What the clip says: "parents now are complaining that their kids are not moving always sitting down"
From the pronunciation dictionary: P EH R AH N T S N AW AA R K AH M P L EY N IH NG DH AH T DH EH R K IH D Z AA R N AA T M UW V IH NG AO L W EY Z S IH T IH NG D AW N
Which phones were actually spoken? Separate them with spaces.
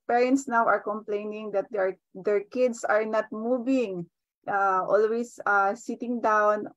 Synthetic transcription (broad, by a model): P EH R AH N T S N AW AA R K AH M P L EY N IH NG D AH T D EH R K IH D S AA R N AA T M UW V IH NG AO L W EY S S IH T IH NG D AW N